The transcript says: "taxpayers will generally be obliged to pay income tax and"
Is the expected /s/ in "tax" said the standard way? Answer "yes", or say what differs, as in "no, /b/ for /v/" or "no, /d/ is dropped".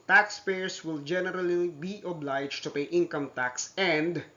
yes